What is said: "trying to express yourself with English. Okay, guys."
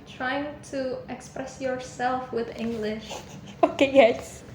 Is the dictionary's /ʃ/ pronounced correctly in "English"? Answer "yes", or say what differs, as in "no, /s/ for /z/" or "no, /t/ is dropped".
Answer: yes